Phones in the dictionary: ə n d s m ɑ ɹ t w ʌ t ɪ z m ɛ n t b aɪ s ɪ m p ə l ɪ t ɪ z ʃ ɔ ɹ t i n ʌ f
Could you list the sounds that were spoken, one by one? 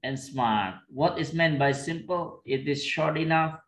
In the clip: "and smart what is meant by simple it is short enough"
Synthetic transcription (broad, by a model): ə n s m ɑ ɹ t w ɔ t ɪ s m ɛ n t b aɪ s ɪ m p ə l ɪ t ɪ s ʃ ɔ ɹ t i n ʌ f